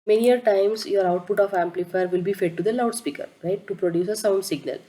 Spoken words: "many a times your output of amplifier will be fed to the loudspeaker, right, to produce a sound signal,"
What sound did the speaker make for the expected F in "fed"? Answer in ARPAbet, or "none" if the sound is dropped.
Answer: F